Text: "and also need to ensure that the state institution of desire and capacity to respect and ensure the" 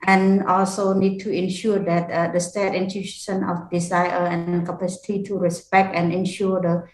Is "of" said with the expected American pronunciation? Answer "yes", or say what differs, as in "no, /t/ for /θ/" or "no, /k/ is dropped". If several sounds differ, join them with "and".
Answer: no, /f/ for /v/